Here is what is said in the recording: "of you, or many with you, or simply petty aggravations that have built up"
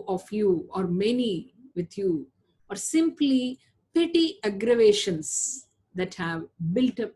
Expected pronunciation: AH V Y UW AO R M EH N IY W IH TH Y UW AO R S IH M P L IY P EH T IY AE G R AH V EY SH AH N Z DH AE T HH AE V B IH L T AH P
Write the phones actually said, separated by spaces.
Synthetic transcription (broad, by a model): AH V Y UW AO R M EH N IY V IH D Y UW AO R S IH M P L IY P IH T IY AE G R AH V EY SH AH N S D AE T HH AE V B IH L T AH P